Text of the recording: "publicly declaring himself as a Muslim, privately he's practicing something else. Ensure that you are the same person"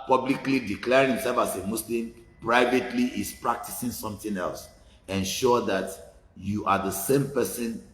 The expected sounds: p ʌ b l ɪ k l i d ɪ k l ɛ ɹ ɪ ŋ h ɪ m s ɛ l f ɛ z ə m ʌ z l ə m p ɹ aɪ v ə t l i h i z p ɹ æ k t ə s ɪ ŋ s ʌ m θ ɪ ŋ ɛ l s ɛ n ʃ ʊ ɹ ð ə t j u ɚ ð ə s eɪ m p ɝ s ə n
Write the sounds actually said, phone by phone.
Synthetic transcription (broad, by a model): p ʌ b l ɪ k l i d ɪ k l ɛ ɹ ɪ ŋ h ɪ m s ɛ l f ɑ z ə m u s l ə m p ɹ aɪ v ə t l i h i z p ɹ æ k t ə s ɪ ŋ s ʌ m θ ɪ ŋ ɛ l s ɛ n ʃ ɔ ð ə t j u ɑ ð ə s eɪ m p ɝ s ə n